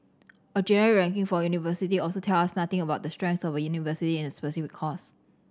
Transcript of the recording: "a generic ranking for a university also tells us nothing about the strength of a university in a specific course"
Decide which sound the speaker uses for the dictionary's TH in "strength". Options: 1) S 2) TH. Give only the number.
1